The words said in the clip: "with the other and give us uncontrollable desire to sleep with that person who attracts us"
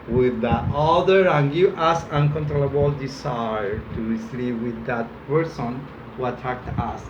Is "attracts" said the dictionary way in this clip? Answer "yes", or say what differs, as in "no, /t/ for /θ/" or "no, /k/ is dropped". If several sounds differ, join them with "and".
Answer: no, /s/ is dropped